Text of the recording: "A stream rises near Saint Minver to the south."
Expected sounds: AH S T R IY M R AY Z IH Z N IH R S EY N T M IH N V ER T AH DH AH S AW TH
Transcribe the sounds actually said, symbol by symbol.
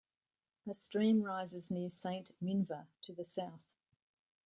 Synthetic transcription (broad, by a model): AH S T R IY M R AY Z IH Z N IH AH S EY N T M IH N V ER T AH DH AH S AW TH